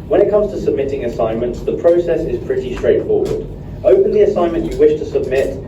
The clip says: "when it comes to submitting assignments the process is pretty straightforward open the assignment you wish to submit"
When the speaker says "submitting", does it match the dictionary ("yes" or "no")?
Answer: yes